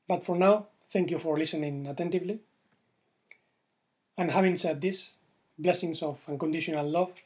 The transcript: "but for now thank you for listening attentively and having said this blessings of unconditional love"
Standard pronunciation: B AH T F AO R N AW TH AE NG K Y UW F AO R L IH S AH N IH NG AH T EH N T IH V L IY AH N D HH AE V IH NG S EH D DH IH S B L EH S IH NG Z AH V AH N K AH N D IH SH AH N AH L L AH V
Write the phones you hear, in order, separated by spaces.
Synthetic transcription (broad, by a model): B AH T F AO R N AW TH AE NG K Y UW F AO R L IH S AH N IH NG AH T EH N T IH V L IY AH N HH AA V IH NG S EH D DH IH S B L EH S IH NG S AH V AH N K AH N D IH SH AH N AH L L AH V